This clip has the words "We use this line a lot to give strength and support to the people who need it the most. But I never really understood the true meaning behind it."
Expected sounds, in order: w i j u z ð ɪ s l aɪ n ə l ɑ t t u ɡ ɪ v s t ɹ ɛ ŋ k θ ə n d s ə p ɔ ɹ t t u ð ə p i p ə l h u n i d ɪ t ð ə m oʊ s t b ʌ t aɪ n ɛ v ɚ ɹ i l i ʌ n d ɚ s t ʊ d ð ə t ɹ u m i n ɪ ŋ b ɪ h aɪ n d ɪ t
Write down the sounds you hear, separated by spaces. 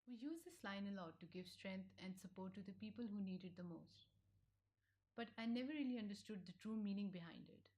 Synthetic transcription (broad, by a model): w i j u z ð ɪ s l aɪ n ə l ɑ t t u ɡ ɪ v s t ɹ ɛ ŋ k t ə n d s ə p ɔ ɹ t t u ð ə p i p ə l h u n i d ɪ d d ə m oʊ s t b ʌ t aɪ n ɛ v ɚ ɹ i l i ʌ n d ɚ s t ʊ d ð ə t ɹ u m i n ɪ ŋ b ɪ h aɪ n d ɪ t